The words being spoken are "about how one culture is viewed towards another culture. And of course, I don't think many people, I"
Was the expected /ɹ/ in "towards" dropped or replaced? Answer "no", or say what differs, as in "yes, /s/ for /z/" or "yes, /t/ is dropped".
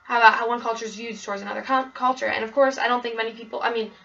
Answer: no